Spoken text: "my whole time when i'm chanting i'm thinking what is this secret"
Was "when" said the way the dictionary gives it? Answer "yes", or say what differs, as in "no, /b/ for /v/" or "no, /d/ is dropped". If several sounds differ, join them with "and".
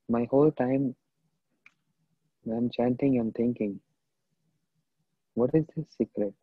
no, /n/ is dropped